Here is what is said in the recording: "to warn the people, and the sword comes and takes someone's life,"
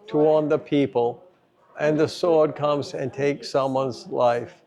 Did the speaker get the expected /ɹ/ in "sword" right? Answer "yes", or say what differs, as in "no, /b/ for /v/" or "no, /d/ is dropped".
yes